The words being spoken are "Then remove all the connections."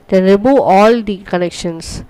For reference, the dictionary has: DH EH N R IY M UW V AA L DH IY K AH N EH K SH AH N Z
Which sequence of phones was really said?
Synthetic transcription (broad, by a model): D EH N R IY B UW AA L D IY K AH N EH K SH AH N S